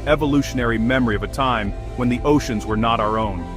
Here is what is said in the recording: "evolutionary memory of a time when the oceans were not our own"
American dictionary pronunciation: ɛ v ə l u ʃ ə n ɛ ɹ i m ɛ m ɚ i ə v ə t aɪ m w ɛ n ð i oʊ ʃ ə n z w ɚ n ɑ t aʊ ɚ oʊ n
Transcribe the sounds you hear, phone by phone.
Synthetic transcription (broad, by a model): ɛ v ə l u ʃ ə n ɛ ɹ i m ɛ m ɚ i ə v ə t aɪ m w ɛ n ð i oʊ ʃ ə n z w ɚ n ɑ t aʊ ɚ oʊ n